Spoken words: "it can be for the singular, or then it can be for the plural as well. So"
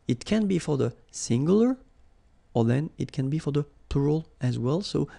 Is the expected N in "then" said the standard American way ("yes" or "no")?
yes